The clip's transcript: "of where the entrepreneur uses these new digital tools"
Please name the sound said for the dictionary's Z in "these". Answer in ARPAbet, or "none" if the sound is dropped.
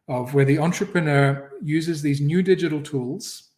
Z